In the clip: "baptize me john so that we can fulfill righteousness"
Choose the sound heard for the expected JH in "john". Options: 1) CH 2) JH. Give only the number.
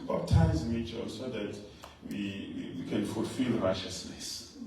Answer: 1